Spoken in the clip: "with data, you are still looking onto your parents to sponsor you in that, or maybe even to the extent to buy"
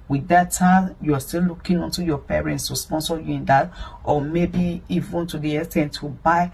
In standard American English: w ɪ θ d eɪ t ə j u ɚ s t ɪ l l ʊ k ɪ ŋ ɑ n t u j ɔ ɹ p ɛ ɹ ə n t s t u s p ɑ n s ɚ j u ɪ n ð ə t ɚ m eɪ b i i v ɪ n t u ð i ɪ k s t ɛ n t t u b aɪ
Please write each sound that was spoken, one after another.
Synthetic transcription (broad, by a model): w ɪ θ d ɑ t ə j u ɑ s t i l l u k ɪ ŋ ɑ n t u j ɔ p ɛ ɹ ə n t s t u s p ɑ n s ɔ j u ɪ n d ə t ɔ m eɪ b i i v ɪ n t u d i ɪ s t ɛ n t t u b aɪ